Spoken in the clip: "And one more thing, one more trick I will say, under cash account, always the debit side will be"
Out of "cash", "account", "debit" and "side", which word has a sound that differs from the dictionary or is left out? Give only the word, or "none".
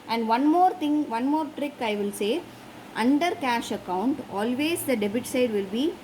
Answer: none